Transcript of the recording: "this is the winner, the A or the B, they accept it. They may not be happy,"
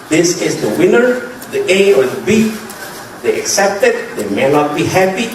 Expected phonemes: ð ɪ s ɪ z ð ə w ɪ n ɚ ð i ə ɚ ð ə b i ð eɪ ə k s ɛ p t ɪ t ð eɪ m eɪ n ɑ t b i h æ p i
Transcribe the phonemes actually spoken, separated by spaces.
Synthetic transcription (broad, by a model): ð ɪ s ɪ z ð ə w ɪ n ɚ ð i ə ɚ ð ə b i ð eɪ ə k s ɛ p t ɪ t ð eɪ m eɪ n ɑ t b i h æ p i